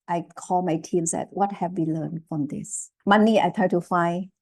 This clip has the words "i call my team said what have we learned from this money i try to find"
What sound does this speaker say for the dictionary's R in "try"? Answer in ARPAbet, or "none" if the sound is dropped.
none